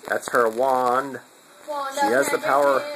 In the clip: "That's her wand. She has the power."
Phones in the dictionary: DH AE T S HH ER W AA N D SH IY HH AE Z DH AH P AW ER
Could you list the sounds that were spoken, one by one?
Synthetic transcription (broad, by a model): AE T S HH ER W AA N D SH IY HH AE Z DH AH P AW ER